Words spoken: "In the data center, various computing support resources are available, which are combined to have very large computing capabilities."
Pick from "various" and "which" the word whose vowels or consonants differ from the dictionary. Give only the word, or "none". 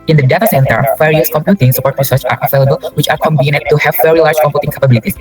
various